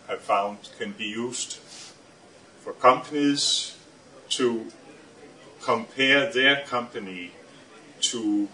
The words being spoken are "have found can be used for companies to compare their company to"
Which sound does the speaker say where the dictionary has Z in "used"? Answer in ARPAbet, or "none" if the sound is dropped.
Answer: S